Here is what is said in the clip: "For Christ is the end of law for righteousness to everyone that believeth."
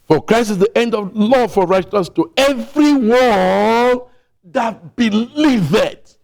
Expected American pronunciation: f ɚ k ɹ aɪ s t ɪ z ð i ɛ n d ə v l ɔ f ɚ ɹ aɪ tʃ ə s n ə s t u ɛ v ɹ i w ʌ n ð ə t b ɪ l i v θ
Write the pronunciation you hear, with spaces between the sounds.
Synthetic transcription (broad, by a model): f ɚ k ɹ aɪ s t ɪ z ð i ɛ n d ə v l ɔ f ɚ ɹ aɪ ə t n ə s t u ɛ v ɹ i w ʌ l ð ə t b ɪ l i v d